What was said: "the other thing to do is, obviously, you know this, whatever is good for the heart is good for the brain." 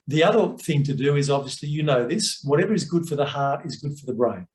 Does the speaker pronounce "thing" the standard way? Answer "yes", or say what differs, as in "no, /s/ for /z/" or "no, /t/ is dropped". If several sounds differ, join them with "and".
yes